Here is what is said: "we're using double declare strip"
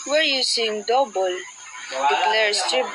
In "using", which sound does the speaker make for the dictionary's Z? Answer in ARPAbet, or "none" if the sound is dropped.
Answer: S